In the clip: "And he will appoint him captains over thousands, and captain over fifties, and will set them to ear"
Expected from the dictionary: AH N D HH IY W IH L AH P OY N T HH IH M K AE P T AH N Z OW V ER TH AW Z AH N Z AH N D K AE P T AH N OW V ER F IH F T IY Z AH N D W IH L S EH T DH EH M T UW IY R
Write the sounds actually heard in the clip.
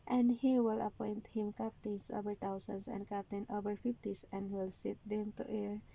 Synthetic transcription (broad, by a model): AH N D HH IY W IH L AH P OY N T HH IH M K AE P T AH N S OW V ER T AW S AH N S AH N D K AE P T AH N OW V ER F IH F T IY S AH N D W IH L S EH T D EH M T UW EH R